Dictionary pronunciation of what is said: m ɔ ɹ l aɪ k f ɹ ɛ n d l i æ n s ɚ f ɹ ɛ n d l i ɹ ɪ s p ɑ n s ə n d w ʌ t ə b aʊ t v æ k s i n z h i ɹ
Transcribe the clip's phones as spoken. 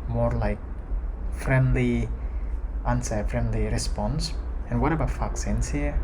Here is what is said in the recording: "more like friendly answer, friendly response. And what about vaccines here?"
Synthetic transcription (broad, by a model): m ɔ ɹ l aɪ k f ɹ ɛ n d l i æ n s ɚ f ɹ ɛ n d l i ɹ ɪ s p ɑ n s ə n w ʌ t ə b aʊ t f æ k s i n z h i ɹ